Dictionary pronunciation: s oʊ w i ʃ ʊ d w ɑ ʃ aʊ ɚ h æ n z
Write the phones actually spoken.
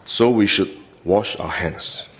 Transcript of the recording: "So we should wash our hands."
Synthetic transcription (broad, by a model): s oʊ w i ʃ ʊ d w ɑ ʃ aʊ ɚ h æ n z